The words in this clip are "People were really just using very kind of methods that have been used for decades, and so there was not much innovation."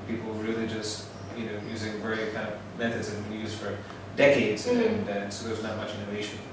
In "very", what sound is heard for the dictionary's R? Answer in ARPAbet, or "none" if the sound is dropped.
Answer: none